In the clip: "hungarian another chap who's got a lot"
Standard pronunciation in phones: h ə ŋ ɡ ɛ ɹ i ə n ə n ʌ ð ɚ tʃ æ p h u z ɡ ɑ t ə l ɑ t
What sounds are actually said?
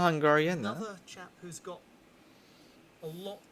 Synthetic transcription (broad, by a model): h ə ŋ ɡ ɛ ɹ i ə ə n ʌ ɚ tʃ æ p h u z ɡ ɑ t ə l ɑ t